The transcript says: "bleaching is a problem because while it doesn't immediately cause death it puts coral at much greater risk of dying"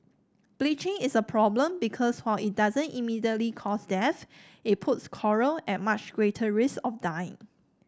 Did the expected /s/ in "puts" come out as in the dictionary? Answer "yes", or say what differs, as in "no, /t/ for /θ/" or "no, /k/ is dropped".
yes